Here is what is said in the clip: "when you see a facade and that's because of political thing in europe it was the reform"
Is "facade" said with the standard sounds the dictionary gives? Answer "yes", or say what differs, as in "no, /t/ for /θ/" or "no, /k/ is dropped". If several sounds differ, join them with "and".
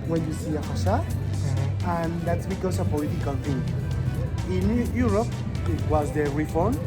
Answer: no, /ʃ/ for /s/ and /d/ is dropped